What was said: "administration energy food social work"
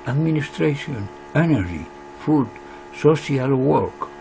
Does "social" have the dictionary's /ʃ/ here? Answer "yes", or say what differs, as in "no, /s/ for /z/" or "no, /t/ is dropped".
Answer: no, /s/ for /ʃ/